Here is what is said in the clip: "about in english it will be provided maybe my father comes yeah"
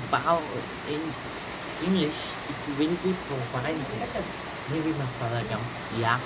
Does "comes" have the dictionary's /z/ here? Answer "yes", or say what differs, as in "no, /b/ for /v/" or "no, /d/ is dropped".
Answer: no, /z/ is dropped